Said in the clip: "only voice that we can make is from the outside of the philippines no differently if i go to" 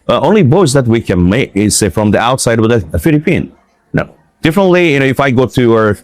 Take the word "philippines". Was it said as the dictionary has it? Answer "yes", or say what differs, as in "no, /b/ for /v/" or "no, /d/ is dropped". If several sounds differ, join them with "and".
no, /z/ is dropped